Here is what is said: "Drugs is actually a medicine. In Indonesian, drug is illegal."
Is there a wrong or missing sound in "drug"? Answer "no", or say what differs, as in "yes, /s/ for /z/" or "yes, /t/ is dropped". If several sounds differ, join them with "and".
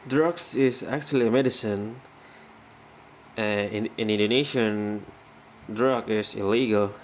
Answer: no